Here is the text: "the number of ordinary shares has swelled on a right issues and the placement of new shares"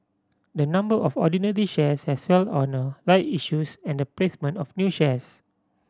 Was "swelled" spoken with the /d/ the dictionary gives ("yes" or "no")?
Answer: no